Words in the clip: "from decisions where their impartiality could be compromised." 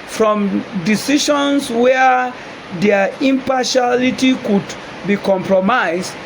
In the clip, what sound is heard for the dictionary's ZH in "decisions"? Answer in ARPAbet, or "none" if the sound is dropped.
SH